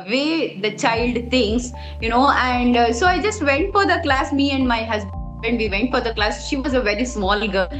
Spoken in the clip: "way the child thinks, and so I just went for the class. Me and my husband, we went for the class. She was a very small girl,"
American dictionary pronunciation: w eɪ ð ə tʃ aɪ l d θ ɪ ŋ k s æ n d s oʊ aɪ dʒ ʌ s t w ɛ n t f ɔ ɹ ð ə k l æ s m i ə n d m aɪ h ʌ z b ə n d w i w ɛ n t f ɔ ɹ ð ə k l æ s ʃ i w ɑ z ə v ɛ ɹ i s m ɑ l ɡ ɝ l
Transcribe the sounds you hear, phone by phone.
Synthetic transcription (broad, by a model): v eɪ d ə tʃ aɪ l d t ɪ ŋ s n æ n d s oʊ aɪ dʒ ʌ s t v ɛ n t f ɔ ɹ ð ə k l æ s m i ə n d m aɪ h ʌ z b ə n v i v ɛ n t f ɔ ɹ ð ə k l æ s ʃ i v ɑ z ə v ɛ ɹ i s m ɑ l ɡ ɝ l